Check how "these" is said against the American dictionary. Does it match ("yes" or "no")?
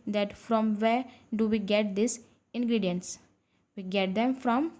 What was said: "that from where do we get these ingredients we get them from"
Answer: no